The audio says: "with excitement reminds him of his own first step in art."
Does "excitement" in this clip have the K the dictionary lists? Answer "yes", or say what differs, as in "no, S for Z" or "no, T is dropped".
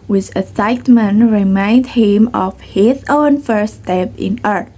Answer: no, K is dropped